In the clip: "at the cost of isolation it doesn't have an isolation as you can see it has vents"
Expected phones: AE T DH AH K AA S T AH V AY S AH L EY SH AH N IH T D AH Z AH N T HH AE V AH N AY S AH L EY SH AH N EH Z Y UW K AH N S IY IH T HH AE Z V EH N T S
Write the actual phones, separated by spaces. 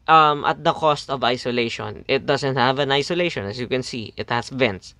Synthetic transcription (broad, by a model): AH T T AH K AA S T AH V AY S AH L EY SH AH N IH T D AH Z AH N T HH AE V AH N AY S AH L EY SH AH N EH S Y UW K AH N S IY IH T HH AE S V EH N T S